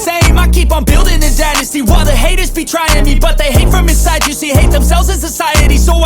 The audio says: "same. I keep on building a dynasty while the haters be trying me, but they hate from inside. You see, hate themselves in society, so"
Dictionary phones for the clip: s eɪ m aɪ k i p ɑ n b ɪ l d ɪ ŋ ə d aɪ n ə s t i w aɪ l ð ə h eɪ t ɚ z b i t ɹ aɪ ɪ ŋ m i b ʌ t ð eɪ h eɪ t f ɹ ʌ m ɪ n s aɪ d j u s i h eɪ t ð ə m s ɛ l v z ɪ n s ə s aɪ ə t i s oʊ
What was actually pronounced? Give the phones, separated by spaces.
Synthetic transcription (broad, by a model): s eɪ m aɪ k i p n b ɪ l d ɪ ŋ ə d aɪ n ə s t i w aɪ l ð ə h eɪ t ɚ z b i t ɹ aɪ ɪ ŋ m i b ʌ t ð eɪ h eɪ t f ɹ ʌ m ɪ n s aɪ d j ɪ s i h eɪ t ð ə m s ɛ l v z ɪ n s ə s aɪ ə t i s oʊ